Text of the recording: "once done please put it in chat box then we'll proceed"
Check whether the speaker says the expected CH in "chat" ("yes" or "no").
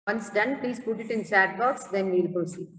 no